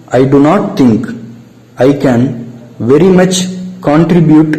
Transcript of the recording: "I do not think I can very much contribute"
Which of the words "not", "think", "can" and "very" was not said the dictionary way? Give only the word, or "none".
think